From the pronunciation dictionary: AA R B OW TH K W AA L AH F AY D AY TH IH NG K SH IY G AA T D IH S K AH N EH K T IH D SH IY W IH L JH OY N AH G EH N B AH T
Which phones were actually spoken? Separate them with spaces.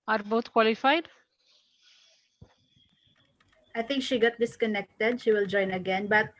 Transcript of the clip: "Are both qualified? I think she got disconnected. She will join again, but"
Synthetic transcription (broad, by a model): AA R B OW T K W AA L AH F AY D AY TH IH NG K SH IY G AA T D IH S K AH N EH K T IH D SH IY W IH L JH OY N AH G EH N B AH T